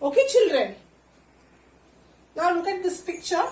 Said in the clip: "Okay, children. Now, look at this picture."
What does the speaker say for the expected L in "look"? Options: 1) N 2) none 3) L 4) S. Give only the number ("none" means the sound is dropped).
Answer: 1